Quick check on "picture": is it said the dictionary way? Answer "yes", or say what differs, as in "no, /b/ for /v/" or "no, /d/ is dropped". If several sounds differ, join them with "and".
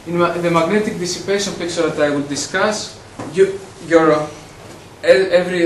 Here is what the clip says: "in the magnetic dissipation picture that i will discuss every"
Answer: no, /s/ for /tʃ/